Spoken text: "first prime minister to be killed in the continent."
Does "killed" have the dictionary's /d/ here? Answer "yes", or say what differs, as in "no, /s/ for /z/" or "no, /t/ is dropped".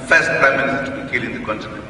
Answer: no, /d/ is dropped